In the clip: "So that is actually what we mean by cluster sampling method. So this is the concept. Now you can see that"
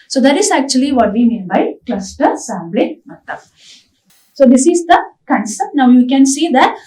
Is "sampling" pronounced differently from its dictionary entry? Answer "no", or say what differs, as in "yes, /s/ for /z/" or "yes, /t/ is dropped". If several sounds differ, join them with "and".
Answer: yes, /b/ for /p/